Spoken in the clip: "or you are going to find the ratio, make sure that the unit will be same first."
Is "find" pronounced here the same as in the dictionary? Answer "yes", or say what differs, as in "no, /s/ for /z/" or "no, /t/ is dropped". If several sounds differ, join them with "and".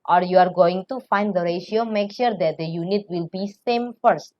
yes